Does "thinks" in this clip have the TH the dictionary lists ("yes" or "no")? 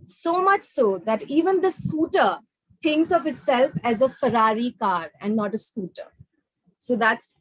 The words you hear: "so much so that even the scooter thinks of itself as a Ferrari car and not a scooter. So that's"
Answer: no